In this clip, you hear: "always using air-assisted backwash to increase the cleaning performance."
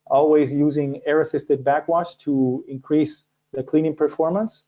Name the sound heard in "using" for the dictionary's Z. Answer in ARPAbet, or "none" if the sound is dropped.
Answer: Z